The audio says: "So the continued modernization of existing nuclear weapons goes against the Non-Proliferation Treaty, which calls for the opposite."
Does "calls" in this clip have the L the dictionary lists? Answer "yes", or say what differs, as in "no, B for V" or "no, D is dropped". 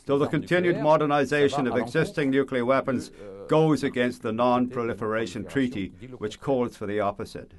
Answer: yes